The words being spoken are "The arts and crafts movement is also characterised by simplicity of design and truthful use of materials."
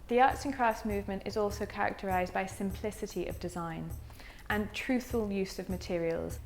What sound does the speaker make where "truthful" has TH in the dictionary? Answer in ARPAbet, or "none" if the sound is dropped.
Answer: TH